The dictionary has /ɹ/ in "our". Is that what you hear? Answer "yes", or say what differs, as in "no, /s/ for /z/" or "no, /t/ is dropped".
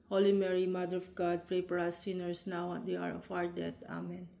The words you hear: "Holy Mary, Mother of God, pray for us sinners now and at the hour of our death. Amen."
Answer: yes